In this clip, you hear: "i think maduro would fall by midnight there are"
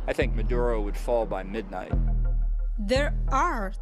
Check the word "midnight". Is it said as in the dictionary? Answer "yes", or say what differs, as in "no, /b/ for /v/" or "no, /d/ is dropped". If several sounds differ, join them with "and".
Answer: yes